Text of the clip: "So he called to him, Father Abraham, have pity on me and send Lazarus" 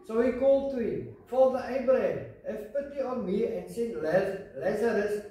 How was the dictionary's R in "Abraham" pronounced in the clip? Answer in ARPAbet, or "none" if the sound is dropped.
none